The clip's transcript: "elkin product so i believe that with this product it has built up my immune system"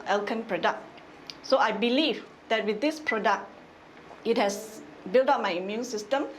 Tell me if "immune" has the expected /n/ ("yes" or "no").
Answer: yes